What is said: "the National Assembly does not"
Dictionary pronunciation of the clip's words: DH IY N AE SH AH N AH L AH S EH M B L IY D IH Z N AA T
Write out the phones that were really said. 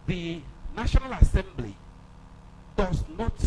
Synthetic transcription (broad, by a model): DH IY N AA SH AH N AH L AH S EH M B L IY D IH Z N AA T